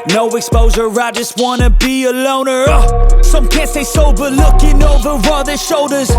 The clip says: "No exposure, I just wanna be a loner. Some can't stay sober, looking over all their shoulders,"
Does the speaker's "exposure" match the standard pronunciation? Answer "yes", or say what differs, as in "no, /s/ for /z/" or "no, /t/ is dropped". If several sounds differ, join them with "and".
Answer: no, /z/ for /ʒ/